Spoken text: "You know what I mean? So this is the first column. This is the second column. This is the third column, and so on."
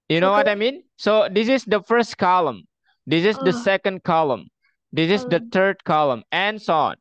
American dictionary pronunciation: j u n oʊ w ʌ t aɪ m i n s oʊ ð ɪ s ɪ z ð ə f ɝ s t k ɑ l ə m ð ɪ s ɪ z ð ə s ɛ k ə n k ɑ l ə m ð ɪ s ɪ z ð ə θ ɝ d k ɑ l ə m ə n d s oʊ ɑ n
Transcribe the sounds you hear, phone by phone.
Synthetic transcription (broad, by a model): j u n oʊ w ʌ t aɪ m i n s oʊ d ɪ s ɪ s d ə f ɝ s t k ɑ l ə m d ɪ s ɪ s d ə s ɛ k ə n k ɑ l ə m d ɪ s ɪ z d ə t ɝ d k ɑ l ə m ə n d s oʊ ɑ n